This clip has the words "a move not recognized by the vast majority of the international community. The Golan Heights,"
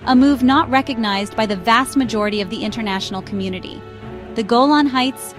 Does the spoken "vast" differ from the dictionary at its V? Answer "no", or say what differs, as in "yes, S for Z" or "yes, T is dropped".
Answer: no